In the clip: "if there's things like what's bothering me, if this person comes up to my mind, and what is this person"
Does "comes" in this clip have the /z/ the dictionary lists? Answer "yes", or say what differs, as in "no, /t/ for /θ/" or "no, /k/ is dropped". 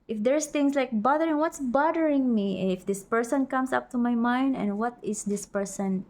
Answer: no, /s/ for /z/